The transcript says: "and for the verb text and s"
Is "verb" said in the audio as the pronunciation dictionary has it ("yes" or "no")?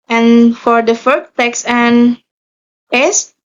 no